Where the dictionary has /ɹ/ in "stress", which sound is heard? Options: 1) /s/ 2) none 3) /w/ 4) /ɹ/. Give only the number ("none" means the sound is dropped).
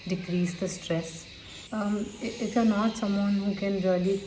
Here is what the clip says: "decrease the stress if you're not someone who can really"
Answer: 4